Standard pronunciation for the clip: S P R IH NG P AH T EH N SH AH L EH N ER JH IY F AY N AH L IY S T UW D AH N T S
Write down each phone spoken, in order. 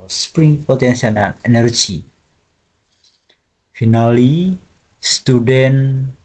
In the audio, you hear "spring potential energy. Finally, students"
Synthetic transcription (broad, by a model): S P R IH NG P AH T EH N S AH N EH N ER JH IY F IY N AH L IY S T UW D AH N